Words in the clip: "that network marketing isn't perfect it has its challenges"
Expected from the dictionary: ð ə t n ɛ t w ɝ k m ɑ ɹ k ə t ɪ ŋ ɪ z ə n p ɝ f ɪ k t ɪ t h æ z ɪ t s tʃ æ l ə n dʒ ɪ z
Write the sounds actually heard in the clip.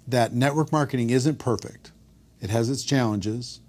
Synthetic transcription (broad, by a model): ð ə t n ɛ t w ɝ k m ɑ ɹ k ə t ɪ ŋ ɪ z ə n p ɝ f ɪ k t ɪ t h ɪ z ɪ t s tʃ æ l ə n dʒ ɪ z